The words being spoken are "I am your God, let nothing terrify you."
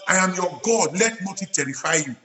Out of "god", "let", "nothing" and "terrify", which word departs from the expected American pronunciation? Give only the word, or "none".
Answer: nothing